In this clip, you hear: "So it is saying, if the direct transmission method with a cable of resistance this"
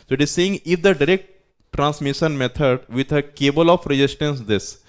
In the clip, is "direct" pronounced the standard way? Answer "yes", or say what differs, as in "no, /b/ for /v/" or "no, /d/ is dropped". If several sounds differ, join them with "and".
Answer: yes